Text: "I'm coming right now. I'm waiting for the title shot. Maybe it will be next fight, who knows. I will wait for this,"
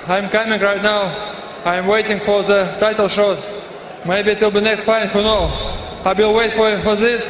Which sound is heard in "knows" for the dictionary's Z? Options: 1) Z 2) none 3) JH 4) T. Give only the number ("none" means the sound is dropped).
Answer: 2